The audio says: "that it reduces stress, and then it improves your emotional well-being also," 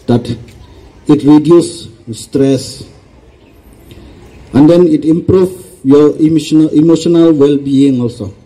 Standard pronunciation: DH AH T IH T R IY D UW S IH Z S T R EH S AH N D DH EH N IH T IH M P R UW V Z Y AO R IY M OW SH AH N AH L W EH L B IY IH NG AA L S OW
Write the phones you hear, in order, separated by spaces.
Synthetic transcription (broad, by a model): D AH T IH T R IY D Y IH S T R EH S AH N D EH N IH T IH M P R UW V Y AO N IY M OW SH AH N AH L W EH L B IY IH NG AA L S OW